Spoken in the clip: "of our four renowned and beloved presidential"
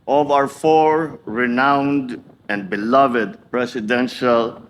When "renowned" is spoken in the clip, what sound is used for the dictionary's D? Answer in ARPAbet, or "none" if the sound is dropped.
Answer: D